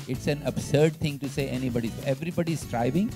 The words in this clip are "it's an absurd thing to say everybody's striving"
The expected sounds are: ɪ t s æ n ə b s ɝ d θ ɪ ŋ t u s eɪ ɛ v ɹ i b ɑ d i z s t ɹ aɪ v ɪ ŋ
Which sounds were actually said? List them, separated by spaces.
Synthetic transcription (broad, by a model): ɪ t s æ n ə b s ɝ d t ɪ ŋ t u s eɪ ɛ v ɹ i b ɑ d i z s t ɹ aɪ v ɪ ŋ